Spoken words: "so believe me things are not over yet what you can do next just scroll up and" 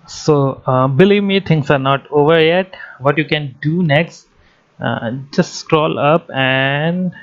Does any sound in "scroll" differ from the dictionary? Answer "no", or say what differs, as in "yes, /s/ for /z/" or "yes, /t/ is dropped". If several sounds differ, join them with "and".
no